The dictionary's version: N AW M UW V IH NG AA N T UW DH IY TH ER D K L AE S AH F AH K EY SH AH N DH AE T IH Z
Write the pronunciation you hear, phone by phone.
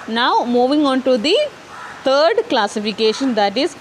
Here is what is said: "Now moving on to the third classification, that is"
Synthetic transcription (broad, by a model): N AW M UW V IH NG AA N T UW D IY T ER D K L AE S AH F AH K EY SH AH N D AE T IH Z